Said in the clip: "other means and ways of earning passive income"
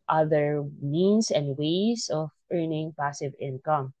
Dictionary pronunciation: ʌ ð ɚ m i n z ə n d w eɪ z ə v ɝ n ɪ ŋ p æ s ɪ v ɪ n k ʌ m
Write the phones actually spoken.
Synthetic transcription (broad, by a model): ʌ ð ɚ m i n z ə n d w eɪ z ə v ɝ n ɪ ŋ p æ s ɪ v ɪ n k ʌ m